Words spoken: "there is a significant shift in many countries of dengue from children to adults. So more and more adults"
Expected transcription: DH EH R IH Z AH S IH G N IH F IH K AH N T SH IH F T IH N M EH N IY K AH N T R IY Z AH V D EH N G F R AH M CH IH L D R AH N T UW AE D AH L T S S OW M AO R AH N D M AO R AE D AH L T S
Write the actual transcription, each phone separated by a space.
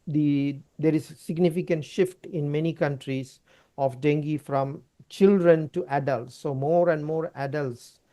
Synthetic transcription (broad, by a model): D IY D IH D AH S IH G N IH F IH K AH N T SH IH F T IH N M EH N IY K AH N T R IY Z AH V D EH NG G F R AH M CH IH L D R AH N T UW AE D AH L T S S OW M AO R AH N D M AO R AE D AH L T S